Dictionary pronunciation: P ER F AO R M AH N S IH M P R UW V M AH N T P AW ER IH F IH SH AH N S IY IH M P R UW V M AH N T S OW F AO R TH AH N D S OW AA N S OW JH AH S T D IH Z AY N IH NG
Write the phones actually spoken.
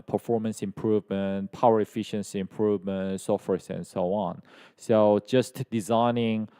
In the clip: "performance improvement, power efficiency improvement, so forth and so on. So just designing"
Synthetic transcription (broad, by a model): P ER F AO R M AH N S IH M P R UW V M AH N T P AW ER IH F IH SH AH N S IY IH M P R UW V M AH N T S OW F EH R S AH N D S OW AA N S OW JH AH S T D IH Z AY N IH NG